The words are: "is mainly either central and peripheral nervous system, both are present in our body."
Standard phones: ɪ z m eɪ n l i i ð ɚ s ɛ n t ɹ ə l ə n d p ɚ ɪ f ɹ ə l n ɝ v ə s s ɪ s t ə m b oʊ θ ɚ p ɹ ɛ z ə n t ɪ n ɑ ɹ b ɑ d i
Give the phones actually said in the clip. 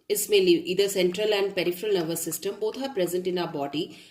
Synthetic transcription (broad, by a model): ɪ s m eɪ l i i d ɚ s ɛ n t ɹ ə l ə n d p ɚ ɪ f ɹ ə l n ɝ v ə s s ɪ s t ə m b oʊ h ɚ p ɹ ɛ z ə n t ɪ n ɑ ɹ b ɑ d i